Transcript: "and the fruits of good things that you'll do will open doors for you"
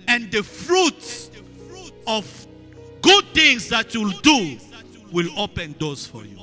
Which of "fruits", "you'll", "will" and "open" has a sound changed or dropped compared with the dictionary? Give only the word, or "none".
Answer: none